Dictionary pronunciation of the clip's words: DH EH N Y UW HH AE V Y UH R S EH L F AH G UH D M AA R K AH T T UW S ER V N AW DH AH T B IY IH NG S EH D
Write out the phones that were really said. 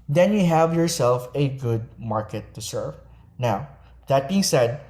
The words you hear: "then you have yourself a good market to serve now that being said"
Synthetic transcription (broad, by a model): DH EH N Y UW HH AE V Y UH R S EH L F AH G UH D M AA R K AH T T UW S ER V N AW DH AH T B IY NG S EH D